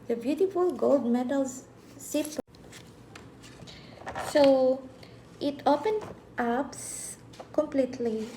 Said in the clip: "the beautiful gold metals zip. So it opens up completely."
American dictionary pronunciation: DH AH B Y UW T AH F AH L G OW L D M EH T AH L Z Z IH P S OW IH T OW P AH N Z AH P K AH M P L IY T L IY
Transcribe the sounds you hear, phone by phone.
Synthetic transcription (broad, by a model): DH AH B Y UW T AH F AH L G OW L D M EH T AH L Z S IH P S OW IH T OW P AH N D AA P K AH M P L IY T L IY